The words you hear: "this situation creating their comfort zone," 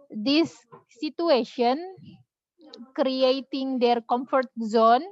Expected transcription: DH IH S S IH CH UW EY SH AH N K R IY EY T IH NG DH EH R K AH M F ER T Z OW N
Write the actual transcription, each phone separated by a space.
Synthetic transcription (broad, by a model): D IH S S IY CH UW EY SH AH N K R IY EY T IH NG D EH R K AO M F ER T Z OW N